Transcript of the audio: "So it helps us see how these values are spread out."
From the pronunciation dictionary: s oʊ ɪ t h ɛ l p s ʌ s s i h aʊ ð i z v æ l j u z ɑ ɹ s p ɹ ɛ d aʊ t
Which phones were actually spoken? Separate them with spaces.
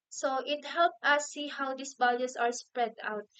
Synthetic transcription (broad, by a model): s oʊ ɪ t h ɛ l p ʌ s s i h aʊ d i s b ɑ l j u s ɑ ɹ s p ɹ ɛ d aʊ t